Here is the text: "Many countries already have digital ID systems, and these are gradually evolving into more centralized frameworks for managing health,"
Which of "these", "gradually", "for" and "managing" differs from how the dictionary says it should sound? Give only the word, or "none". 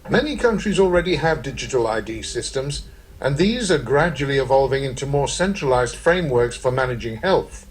none